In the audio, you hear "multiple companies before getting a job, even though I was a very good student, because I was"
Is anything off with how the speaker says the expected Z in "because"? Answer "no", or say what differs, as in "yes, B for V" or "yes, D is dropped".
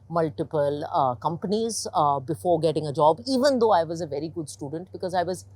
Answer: no